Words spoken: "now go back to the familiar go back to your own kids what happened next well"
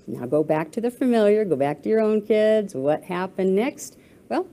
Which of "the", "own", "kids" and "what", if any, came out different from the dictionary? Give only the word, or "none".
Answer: none